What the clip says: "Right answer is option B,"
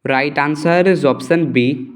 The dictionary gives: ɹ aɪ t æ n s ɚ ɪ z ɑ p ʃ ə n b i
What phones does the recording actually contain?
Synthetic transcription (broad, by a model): ɹ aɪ t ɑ n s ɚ ɪ z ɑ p s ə n b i